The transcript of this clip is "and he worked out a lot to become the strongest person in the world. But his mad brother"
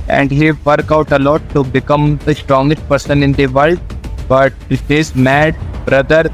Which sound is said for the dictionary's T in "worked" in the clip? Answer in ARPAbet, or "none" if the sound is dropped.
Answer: none